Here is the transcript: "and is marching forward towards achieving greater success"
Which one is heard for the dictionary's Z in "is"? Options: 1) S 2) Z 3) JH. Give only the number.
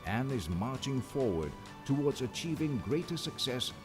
2